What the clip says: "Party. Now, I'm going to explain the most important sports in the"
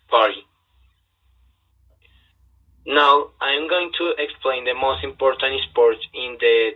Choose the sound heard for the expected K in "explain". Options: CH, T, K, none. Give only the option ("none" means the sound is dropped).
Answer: K